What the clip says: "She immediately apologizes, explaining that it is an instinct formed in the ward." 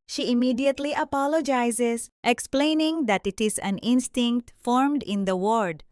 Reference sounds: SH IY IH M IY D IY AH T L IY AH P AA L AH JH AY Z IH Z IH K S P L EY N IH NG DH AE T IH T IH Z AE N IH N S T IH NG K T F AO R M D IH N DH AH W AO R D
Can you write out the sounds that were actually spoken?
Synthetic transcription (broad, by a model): SH IY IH M IY D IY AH T L IY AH P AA L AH JH AY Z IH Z IH K S P L EY N IH NG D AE T IH T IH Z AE N IH N S T IH NG K T F AO R M D IH N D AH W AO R D